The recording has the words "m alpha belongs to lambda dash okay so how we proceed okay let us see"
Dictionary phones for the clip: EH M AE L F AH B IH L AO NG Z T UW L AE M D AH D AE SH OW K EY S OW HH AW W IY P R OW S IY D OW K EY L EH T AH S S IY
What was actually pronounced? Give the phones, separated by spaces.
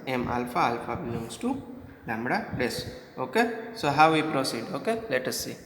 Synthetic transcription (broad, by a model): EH M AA L F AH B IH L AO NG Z T UW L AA M D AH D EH S OW K EY S OW HH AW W IY P R OW S IY D OW K EY L EH T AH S S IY